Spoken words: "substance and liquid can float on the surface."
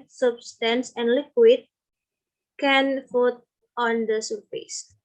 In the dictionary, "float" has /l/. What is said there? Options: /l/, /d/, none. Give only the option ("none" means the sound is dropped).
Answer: none